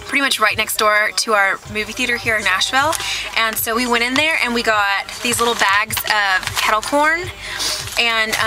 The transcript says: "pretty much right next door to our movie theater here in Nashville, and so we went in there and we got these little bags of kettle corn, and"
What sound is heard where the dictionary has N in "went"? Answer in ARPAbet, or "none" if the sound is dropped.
none